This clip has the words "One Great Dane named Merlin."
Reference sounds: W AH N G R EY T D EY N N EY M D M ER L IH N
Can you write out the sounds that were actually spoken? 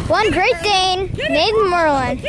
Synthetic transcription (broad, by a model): W AH N G R EY T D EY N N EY D M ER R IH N